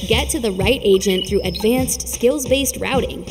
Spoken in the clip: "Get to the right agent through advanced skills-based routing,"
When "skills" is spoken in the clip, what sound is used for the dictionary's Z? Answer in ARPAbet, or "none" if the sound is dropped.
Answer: Z